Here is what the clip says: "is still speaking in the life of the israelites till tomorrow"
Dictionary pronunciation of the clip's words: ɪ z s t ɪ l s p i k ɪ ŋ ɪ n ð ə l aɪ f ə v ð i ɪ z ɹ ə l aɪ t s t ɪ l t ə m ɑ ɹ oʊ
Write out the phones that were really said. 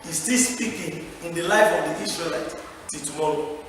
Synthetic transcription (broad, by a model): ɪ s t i s p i k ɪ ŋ ɪ n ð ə l aɪ f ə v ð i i s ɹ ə l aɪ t t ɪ t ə m ɑ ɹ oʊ